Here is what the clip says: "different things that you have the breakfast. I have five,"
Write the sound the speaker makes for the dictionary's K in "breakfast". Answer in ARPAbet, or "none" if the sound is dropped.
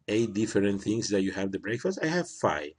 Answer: K